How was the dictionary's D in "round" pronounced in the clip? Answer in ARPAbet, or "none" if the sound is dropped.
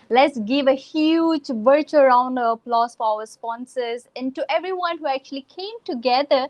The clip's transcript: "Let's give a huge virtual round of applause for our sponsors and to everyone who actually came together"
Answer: D